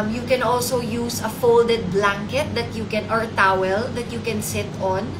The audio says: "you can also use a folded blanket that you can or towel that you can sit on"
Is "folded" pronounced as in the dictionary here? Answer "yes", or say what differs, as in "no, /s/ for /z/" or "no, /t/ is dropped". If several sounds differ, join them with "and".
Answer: yes